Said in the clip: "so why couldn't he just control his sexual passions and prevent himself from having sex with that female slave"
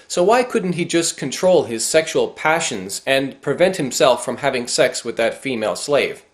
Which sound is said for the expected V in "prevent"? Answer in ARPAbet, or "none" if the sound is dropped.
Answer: V